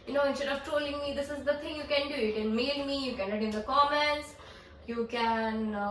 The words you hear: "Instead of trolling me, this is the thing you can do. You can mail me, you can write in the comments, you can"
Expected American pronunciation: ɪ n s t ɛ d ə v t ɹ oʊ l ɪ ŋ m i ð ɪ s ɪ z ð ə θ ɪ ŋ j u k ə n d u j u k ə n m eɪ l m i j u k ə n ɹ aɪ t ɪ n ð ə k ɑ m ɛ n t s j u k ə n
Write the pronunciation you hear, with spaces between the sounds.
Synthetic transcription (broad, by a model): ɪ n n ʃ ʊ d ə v t oʊ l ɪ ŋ m i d ɪ s ɪ z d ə t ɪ ŋ j u k ə n d u j u k ə n m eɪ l m i j u k ə n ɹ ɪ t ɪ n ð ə k ɑ m ɛ n t s j u k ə n